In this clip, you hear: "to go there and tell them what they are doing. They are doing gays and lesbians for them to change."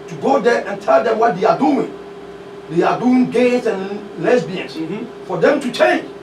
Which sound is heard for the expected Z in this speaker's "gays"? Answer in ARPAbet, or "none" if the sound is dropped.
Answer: S